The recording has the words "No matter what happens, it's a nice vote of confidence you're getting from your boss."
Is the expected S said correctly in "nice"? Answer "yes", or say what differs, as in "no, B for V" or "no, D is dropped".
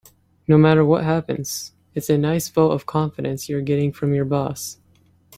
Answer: yes